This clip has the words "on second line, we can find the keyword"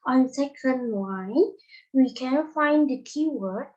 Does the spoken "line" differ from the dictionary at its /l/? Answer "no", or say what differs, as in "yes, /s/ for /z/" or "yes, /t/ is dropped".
yes, /w/ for /l/